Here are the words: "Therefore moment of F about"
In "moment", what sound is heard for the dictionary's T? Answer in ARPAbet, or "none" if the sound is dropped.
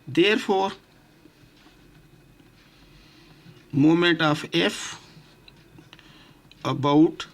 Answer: T